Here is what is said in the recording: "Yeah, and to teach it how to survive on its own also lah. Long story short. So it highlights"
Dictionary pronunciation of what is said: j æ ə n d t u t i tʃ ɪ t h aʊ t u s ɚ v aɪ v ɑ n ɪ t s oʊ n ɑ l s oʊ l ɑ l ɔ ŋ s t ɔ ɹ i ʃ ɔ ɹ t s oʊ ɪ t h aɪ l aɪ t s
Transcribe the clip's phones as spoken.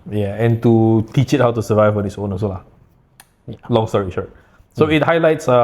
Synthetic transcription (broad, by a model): j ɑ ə n t u t i tʃ ɪ t h aʊ t u s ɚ v aɪ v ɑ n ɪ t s oʊ n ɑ s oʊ l ɑ l ɔ ŋ s t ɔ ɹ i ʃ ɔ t s oʊ ɪ t h aɪ l aɪ t s